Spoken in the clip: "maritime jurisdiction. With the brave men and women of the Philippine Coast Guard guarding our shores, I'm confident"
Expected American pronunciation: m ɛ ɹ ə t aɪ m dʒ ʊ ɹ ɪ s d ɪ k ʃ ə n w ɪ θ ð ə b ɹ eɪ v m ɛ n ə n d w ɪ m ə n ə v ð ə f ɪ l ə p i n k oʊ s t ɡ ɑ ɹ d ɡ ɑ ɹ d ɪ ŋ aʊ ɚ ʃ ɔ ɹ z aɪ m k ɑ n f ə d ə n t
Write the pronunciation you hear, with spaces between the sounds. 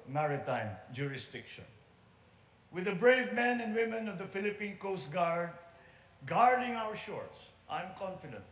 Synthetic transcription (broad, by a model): m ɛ ɹ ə t aɪ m dʒ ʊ ɹ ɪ s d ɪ k ʃ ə n w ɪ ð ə b ɹ eɪ v m ɛ n ə n d w ɪ m ə n ə v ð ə f ɪ l ə p i n k oʊ s t ɡ ɑ ɹ d ɡ ɑ ɹ d ɪ ŋ aʊ ɚ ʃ ɔ ɹ s aɪ m k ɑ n f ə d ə n t